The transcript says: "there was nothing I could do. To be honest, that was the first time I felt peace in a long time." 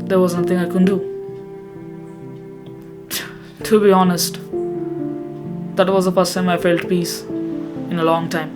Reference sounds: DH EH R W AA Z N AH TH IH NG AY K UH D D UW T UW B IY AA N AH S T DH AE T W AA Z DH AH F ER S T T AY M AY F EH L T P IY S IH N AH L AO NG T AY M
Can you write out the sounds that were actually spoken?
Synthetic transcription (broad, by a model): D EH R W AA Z N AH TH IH NG AY K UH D D UW T UW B IY AA N AH S T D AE T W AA Z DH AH P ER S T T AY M AY F EH L T P IY S IH N AH L AO NG T AY M